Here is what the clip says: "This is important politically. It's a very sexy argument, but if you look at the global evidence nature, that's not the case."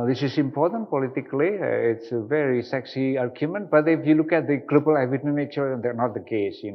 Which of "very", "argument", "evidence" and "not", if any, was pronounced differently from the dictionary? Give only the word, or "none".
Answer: evidence